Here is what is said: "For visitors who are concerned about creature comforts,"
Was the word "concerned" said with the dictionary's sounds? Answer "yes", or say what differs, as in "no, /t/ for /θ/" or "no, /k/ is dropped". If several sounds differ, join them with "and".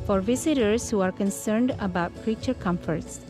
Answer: yes